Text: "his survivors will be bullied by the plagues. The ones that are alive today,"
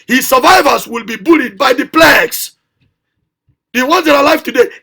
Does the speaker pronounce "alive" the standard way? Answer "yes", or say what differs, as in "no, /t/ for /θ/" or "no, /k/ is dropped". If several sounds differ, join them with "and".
no, /f/ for /v/